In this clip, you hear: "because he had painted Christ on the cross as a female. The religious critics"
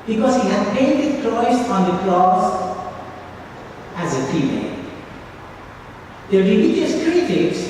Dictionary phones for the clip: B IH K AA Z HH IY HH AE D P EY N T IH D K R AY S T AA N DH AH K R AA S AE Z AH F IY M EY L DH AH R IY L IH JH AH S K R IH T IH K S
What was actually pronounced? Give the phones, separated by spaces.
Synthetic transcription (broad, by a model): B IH K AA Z HH IY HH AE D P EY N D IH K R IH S AA N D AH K L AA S AE Z AH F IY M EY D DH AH R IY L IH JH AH S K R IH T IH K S